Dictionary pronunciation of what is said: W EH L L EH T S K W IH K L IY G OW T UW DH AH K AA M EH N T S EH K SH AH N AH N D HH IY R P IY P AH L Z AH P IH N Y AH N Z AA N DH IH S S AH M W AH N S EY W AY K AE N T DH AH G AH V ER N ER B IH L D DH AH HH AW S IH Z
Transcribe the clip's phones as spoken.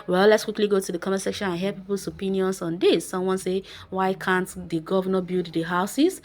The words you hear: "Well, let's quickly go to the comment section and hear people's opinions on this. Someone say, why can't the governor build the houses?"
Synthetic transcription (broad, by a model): W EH L L EH T S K W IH K L IY G OW T UW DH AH K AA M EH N S EH K SH AH N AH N HH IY P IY P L S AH P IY N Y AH N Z AA N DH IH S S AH M W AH N S EY W AY K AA N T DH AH G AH V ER N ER B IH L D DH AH HH AW S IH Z